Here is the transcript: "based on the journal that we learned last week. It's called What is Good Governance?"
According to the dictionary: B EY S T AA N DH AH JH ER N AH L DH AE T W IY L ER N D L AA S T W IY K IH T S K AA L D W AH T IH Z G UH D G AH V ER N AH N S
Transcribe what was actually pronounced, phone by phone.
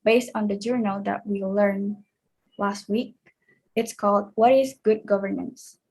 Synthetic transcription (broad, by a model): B EY S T AA N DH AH JH ER N AH L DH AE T W IY L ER N L AA S T W IY K IH T S K AA L D W AH T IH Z G UH D G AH V ER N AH N S